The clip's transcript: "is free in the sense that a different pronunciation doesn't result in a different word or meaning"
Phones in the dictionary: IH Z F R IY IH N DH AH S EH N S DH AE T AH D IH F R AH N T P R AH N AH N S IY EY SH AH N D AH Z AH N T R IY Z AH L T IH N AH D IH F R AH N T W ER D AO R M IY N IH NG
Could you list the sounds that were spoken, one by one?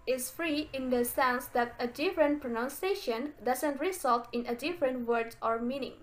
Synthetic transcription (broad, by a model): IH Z F R IY IH N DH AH S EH N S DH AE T AH D IH F R AH N T P R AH N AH N S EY SH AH N D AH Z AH N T R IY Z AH L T IH N AH D IH F R AH N T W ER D AO R M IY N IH NG